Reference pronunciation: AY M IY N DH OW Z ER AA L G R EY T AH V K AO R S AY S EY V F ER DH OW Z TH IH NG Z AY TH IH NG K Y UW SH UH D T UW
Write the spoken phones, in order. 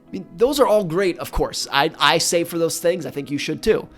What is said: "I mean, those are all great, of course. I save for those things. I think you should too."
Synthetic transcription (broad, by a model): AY M IY N DH OW Z ER AA L G R EY T AH V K AO R S AY S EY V F ER DH OW Z TH IH NG Z AY TH IH NG K Y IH SH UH D T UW